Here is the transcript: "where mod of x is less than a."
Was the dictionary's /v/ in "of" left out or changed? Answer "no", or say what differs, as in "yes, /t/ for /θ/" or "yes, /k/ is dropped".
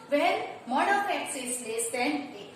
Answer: yes, /p/ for /v/